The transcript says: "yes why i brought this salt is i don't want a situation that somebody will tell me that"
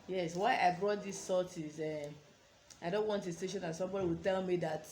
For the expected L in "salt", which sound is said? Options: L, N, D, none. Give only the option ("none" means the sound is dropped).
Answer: none